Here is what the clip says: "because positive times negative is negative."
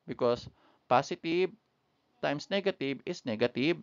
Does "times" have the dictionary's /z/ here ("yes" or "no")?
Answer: no